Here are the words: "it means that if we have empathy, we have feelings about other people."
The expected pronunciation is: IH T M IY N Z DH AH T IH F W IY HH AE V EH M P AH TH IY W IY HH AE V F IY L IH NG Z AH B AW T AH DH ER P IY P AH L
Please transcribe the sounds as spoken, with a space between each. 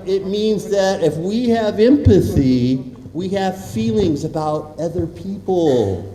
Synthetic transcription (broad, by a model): IH T M IY N Z DH AH T IH F W IY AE V EH M P AH TH IY W IY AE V F IY L IH NG Z AH B AW T AH DH ER P IY P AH L